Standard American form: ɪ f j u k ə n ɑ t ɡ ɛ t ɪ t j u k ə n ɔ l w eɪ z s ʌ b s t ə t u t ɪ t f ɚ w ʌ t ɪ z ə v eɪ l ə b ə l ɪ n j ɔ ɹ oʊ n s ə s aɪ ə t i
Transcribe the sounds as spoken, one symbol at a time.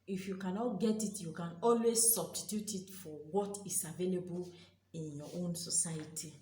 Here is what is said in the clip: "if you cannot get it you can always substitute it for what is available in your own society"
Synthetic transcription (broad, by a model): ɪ f j u k ə n ɑ t ɡ ɛ t ɪ t j u k ə n ɔ l w eɪ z s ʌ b s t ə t u t ɪ t f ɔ w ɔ t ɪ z ə v eɪ l ə b ə l ɪ n j ɔ oʊ n s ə s aɪ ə t i